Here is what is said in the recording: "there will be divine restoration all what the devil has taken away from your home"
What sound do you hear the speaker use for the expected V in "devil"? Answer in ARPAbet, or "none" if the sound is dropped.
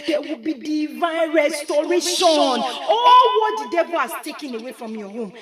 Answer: B